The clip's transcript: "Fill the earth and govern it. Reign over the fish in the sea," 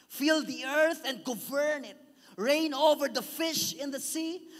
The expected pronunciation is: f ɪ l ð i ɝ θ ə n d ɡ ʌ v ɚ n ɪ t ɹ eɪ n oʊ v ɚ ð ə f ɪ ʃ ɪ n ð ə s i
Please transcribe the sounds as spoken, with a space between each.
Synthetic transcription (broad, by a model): f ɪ l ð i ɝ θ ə n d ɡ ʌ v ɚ n ɪ t ɹ eɪ n oʊ v ɚ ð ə f ɪ ʃ ɪ n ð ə s i